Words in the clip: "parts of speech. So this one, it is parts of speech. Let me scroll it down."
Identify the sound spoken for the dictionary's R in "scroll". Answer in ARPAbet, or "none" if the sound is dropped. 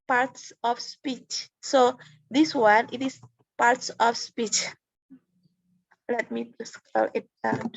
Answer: none